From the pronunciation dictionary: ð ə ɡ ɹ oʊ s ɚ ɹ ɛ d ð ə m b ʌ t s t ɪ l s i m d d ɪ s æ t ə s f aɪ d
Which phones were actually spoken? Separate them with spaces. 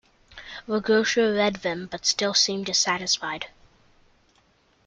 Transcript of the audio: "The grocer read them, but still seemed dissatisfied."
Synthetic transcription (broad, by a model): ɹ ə ɡ oʊ ʃ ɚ ɹ ɛ d ð ə m b ʌ t s t ɪ l s i m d d ɪ s æ t ə s f aɪ d